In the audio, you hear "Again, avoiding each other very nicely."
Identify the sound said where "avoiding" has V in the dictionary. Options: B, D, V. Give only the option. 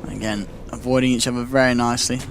V